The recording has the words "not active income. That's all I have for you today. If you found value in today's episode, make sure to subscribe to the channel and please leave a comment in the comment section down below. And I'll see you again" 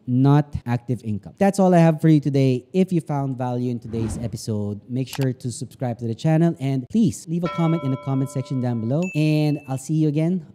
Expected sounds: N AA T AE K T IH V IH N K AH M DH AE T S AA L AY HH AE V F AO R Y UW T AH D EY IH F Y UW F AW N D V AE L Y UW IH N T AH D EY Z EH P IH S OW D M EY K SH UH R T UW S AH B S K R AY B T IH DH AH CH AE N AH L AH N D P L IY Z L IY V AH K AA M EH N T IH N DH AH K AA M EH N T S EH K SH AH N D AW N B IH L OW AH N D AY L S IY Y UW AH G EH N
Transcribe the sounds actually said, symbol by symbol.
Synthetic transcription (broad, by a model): N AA T AE K T IH V IH N K AH M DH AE T S AA L AY HH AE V F AO R Y UW T AH D EY IH F Y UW F AW N D V AE L Y UW IH N T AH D EY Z EH P IH S OW D M EY K SH UH R T UW S AH B S K R AY B T IH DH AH CH AE N AH L AH N D P L IY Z L IY V AH K AA M EH N T IH N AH K AA M EH N T S EH K SH AH N D AW N B IH L OW AH N D AY L S IY Y UW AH G EH N